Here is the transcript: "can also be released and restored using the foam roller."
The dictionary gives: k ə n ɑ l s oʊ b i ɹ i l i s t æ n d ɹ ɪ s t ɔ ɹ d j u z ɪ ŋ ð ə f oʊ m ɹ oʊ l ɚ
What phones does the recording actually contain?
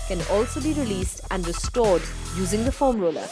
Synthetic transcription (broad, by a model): k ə n ɑ l s oʊ b i ɹ i l i s t æ n d ɹ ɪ s t ɔ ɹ d j u z ɪ ŋ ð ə f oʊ m ɹ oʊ l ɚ